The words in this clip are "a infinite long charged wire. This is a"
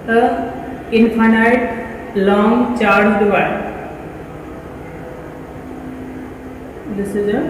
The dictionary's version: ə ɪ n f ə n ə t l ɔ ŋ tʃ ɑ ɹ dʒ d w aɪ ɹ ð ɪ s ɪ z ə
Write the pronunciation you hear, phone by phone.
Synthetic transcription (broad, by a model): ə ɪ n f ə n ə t l ɔ ŋ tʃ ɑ ɹ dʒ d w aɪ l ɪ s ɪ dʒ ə